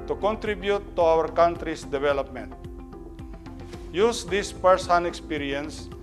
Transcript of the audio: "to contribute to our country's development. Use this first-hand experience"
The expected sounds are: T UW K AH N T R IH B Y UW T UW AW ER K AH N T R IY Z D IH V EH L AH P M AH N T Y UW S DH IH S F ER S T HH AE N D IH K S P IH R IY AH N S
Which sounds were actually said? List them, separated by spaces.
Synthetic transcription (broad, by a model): T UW K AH N T R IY B Y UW T UW AW ER K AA N T R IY S D IH V EH L AH P M AH N T Y UW S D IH S P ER S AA N IH K S P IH R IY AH N S